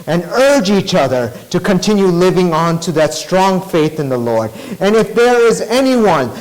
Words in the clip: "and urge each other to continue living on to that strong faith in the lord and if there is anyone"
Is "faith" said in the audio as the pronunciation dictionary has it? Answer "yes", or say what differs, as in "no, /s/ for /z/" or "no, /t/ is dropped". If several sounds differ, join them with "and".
yes